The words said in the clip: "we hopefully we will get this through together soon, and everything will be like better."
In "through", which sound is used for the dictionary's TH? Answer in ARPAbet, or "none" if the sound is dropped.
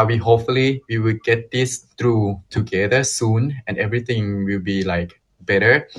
T